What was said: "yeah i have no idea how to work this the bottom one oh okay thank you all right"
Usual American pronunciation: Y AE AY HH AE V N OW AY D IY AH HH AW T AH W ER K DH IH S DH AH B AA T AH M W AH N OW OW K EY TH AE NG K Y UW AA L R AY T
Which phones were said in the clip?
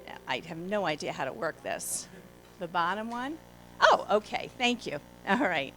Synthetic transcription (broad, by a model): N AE AY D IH V N OW AY D IY AH HH AW T AH W ER K DH IH S DH AH B AA T AH M W AH N OW OW K EY TH AE NG K Y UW AA L R AY T